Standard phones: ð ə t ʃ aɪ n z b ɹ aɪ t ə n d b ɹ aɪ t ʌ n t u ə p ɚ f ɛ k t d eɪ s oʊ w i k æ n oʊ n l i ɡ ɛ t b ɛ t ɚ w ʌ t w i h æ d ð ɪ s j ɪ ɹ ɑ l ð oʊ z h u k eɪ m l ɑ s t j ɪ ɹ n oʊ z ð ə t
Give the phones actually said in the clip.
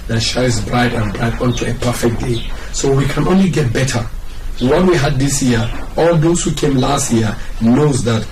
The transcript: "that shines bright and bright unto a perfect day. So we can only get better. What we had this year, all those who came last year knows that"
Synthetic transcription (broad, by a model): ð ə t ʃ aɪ z b ɹ aɪ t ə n b ɹ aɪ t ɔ n t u ə p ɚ f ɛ k d eɪ s oʊ w i k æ n oʊ n l i ɡ ɛ t b ɛ t ɚ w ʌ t w i h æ d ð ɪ s j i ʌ ɑ l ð oʊ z h u k eɪ m l ɑ s t j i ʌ n oʊ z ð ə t